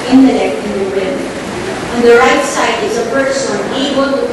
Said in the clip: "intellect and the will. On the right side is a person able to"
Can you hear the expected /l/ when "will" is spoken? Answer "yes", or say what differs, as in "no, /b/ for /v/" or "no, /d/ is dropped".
no, /n/ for /l/